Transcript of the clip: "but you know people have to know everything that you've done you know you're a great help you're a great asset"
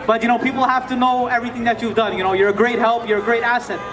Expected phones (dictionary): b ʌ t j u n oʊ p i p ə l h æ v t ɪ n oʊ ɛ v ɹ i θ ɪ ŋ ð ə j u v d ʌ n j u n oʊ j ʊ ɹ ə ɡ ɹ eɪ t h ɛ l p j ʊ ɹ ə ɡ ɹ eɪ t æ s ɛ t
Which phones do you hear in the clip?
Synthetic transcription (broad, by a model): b ʌ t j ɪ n oʊ p i p l h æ f t ɪ n oʊ ɛ v ɹ i θ ɪ ŋ ð ə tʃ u v d ʌ n j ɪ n oʊ j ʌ ɹ ə ɡ ɹ eɪ t h ɛ l p j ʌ ɹ ə ɡ ɹ eɪ t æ s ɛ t